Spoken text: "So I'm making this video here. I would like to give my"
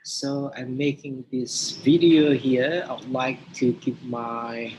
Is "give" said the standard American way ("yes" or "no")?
no